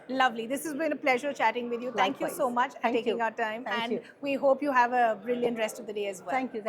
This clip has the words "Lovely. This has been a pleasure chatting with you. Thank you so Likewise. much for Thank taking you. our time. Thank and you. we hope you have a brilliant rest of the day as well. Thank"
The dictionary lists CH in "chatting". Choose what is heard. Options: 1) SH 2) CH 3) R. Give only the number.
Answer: 2